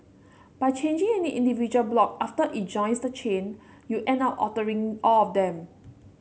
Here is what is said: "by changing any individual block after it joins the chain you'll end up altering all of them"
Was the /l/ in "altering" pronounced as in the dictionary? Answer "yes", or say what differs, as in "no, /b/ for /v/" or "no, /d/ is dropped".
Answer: no, /l/ is dropped